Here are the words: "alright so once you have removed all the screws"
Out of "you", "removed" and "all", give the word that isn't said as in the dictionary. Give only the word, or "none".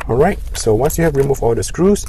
removed